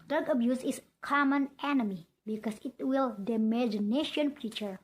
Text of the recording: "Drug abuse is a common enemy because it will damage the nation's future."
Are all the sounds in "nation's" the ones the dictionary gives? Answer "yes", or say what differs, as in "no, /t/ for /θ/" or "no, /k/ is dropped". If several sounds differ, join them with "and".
no, /z/ is dropped